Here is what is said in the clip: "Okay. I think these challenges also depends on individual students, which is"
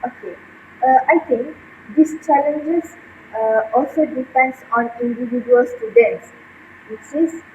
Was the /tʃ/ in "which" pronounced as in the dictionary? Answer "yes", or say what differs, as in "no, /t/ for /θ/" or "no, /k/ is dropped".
no, /s/ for /tʃ/